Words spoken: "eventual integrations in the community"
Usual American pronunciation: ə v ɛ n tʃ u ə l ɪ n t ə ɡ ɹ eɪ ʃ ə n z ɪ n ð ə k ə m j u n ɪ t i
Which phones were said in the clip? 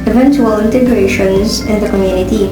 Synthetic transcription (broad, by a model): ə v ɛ n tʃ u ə l ɪ n t ə ɡ ɹ eɪ ʃ ə n z ɪ n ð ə k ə m j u n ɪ t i